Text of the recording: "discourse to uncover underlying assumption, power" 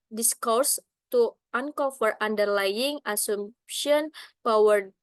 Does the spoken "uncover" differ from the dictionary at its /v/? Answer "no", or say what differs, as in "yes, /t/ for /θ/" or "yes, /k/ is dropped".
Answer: yes, /f/ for /v/